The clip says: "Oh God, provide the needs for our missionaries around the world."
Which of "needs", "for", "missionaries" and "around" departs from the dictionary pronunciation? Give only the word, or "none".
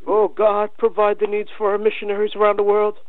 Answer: none